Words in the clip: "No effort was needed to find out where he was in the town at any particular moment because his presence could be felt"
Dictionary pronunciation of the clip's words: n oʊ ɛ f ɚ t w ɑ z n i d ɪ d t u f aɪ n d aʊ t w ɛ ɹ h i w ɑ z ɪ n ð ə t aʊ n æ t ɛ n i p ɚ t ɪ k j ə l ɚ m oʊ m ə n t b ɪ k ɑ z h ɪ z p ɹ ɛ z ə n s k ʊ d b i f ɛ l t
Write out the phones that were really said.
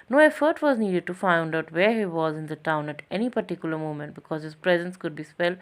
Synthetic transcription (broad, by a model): n oʊ ɛ f ɚ t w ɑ z n i d ɪ d t u f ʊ n d aʊ t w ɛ ɹ h i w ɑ z ɪ n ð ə t aʊ n æ t ɛ n i p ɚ t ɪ k j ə l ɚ m oʊ m ə n t b ɪ k ɑ z h ɪ z p ɹ ɛ z ə n s k ʊ d b i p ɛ l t